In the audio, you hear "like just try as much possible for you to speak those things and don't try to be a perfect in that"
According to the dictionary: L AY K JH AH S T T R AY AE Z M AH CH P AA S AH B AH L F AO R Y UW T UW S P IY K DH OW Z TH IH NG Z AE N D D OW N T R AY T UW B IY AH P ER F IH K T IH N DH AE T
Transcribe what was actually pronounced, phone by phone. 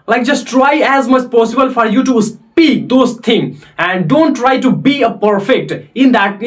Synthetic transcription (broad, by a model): L AY K JH AH S T T R AY AE Z M AH CH P AA S AH B AH L F AO R Y UW T UW S P IY K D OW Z T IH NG AE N D D OW N T R AY T UW B IY AH P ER F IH K T IH N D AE T